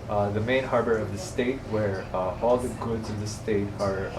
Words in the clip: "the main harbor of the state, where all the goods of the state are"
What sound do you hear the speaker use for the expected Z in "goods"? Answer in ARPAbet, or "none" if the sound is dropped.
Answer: Z